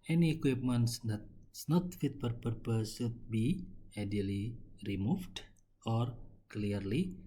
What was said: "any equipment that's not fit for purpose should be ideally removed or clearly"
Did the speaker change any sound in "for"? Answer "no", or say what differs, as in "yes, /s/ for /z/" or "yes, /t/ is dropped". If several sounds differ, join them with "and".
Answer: yes, /p/ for /f/